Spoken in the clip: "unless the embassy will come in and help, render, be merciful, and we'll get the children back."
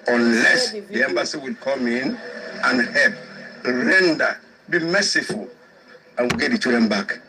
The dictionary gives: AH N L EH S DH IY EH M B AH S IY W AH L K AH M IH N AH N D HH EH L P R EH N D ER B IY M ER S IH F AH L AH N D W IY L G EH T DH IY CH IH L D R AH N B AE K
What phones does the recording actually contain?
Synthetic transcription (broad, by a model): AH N L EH S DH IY EH M B AH S IY W AH L K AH M IH N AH N HH EH L P R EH N D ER B IY M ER S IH F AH L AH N W IY L G EH T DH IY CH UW D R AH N B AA K